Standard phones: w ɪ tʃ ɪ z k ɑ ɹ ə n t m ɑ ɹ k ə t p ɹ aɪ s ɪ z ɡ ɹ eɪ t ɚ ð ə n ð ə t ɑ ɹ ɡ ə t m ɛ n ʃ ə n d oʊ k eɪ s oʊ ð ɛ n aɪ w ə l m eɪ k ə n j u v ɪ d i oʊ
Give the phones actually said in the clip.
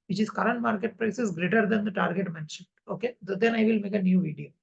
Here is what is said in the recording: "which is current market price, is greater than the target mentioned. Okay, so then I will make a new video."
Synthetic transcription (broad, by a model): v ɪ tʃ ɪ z k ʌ ɹ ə n t m ɑ ɹ k ə t p ɹ aɪ s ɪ s ɡ ɹ eɪ t ɚ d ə n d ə t ɑ ɹ ɡ ə t m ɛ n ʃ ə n oʊ k eɪ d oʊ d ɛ n aɪ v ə l m eɪ k ə n j u v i d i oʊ